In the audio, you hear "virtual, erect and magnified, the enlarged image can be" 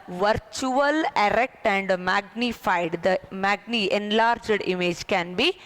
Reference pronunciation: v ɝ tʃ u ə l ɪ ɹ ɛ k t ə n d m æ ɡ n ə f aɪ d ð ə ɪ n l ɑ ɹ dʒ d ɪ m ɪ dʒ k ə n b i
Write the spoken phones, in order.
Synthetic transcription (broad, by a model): v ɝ tʃ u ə l ɪ ɹ ɛ k t ə n d m æ ɡ n ə f aɪ d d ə ɪ n l ɑ ɹ dʒ d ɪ m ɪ dʒ k ə n b i